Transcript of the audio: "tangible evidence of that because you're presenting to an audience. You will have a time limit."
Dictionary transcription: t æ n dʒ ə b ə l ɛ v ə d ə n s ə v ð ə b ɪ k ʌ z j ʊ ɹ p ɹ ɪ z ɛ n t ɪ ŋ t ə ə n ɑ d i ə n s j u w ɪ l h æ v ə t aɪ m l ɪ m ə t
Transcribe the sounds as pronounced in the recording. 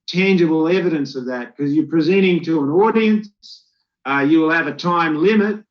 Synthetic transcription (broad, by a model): t æ n dʒ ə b l ɛ v ə d ə n s ə v ð ə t k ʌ z j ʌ ɹ p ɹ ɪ z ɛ t ɪ ŋ t ə ə n ɑ d i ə n s j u w ɪ l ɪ v ə t aɪ m l ɪ m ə t